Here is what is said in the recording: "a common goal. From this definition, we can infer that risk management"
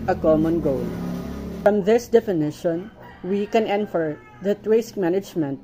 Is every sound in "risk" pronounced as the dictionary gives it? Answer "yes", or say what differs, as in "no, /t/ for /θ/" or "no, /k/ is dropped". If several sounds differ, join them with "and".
no, /w/ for /ɹ/